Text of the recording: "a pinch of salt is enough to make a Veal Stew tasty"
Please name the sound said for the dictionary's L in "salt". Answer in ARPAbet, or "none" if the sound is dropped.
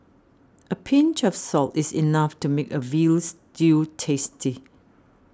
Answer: L